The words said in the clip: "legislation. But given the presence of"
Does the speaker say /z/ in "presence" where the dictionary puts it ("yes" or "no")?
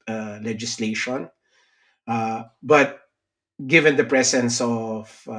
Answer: no